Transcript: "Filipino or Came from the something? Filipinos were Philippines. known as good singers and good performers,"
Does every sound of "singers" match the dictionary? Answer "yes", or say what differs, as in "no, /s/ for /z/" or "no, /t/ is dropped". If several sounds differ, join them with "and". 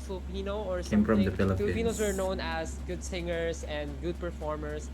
no, /s/ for /z/